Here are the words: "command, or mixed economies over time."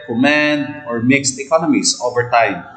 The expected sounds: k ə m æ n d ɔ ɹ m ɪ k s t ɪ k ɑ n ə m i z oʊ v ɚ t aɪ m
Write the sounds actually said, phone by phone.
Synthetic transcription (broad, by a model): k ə m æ n d ɔ ɹ m ɪ k s t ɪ k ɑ n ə m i s oʊ v ɚ t aɪ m